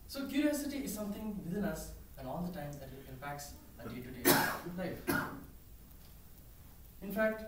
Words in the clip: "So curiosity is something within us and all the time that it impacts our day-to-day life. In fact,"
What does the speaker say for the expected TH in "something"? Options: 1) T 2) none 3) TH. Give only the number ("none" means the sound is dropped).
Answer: 1